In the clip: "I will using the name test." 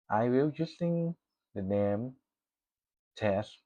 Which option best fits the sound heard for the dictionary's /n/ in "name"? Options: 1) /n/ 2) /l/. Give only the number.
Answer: 1